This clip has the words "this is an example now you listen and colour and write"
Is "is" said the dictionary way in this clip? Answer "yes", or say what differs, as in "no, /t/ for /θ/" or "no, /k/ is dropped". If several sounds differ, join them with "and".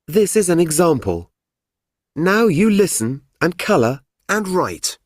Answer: yes